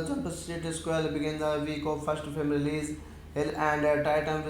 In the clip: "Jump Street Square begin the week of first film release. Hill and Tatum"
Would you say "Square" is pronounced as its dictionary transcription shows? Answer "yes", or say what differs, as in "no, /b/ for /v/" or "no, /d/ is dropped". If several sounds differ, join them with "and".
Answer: no, /l/ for /ɹ/